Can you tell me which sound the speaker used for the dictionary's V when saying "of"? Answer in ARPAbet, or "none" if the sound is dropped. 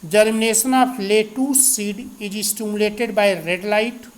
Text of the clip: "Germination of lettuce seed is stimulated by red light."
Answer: P